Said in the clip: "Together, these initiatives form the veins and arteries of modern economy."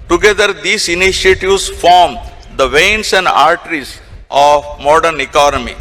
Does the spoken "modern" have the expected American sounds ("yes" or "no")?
yes